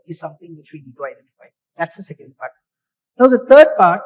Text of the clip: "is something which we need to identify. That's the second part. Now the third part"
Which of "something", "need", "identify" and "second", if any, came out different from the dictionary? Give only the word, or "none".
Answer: something